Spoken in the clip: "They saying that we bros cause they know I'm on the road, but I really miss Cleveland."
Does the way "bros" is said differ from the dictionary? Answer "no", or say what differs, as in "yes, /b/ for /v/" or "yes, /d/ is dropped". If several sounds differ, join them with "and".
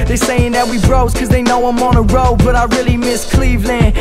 no